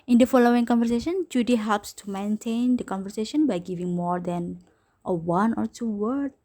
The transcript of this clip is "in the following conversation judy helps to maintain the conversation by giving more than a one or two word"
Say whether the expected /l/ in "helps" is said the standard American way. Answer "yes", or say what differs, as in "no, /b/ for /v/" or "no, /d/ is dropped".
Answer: yes